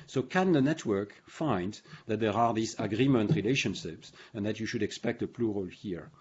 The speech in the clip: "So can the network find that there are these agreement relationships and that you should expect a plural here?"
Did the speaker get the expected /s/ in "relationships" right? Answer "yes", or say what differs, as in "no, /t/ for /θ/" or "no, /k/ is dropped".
yes